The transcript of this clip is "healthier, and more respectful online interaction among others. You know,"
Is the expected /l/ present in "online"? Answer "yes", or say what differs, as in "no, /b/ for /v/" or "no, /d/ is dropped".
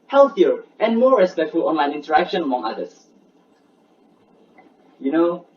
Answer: yes